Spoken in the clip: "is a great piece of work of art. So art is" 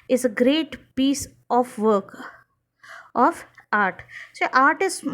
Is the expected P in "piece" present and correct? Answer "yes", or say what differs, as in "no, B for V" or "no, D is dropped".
yes